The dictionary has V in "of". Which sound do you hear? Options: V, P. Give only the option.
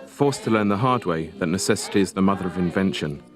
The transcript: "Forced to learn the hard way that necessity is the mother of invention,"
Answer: V